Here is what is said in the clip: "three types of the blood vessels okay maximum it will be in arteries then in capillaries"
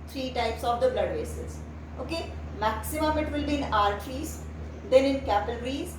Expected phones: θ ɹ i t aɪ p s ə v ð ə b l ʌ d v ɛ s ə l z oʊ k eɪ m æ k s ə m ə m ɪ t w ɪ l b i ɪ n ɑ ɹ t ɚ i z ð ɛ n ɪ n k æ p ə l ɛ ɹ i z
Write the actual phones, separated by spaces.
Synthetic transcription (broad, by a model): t ɹ i t aɪ p s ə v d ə b l ʌ d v ɛ s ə z oʊ k eɪ m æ k s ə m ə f ɪ t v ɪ l b i ɪ n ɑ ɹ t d i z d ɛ n ɪ n k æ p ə l ɹ i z